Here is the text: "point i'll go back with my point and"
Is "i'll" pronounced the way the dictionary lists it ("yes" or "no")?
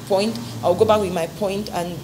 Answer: no